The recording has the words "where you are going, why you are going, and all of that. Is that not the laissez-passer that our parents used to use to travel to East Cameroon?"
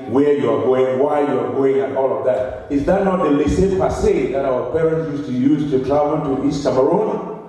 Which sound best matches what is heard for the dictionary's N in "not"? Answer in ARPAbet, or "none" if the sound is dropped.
N